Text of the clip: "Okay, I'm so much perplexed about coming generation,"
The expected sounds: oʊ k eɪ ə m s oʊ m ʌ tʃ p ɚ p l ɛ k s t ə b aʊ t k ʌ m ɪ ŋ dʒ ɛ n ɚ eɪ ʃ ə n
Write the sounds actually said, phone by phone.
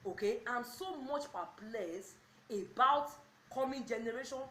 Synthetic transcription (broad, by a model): oʊ k eɪ ə m s oʊ m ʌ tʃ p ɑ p l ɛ s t ə b aʊ t k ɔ m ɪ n dʒ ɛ n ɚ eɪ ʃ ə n